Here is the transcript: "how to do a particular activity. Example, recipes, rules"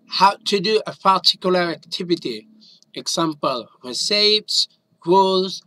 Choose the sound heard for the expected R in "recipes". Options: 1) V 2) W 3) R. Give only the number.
2